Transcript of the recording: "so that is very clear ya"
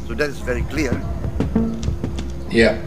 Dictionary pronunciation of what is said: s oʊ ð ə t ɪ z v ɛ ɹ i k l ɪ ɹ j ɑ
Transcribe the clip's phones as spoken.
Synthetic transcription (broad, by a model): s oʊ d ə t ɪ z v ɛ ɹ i k l ɪ ɹ j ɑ